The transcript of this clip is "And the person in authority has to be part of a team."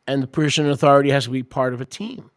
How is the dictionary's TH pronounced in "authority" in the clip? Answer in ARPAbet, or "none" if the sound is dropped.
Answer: TH